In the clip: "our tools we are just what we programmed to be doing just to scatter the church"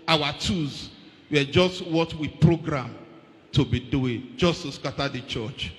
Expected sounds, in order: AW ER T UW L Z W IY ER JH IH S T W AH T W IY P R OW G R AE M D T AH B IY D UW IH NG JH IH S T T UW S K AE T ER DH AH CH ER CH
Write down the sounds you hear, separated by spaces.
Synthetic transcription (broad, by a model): AW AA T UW Z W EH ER JH IH S T W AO T W IY P R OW G R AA M T AH B IY D UW IH NG JH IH S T T UW S K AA T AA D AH CH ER CH